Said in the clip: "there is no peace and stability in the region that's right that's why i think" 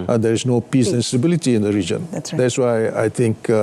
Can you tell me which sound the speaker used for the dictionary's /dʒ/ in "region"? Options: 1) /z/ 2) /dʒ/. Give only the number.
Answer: 2